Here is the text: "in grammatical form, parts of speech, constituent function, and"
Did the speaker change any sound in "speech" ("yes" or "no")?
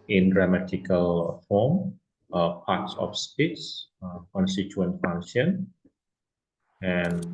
yes